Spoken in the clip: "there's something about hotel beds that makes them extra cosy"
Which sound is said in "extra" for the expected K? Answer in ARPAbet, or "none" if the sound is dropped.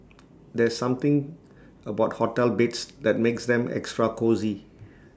K